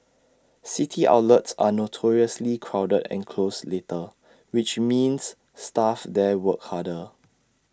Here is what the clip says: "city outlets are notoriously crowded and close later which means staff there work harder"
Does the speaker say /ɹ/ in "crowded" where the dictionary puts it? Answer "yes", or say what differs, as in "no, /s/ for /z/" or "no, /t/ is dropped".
yes